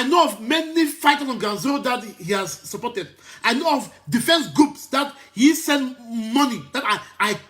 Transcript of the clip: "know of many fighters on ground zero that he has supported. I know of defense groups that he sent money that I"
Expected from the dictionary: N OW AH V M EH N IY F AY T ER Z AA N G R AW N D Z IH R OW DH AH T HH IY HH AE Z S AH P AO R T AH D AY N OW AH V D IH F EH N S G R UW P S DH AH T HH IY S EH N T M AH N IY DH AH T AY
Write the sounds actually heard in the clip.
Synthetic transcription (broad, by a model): N OW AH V M EH N IY F AY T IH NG AA N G AW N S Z OW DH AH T HH IY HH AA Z S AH P AO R T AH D AY N OW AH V D IH F EH N S G R UW P S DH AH T HH IY S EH N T M AH N IY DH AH T AY